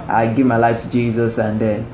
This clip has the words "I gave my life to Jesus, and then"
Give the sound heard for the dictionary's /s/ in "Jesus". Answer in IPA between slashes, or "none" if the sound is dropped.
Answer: /s/